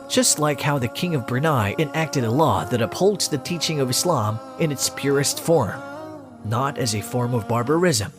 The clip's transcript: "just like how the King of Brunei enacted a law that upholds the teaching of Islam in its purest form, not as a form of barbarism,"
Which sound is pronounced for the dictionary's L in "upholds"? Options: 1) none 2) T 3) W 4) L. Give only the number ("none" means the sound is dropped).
4